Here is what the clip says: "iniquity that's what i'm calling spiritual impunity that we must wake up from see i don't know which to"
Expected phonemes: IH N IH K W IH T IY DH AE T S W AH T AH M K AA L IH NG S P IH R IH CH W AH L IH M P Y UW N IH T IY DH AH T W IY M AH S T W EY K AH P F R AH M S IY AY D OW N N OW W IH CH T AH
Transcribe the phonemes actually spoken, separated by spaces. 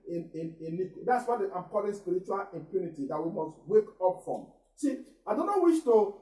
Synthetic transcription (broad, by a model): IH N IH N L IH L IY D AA T S W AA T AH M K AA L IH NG S P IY R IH CH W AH L IH M P Y UW N IH T IY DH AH T W IY M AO S T W EY K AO P F R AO M S IY AY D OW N N OW W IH SH T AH